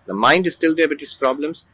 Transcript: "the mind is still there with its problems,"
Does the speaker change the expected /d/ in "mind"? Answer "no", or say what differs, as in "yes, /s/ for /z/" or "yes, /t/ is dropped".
no